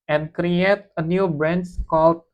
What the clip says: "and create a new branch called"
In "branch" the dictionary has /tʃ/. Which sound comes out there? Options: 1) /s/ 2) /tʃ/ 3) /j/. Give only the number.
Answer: 1